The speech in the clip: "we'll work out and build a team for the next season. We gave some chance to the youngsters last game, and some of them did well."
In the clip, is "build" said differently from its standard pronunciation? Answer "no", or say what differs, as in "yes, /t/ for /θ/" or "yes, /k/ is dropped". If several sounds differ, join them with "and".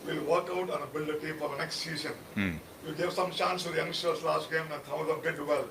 yes, /d/ is dropped